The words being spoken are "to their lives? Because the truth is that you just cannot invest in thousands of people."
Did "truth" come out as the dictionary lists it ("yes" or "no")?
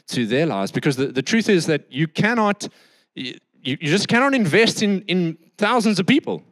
yes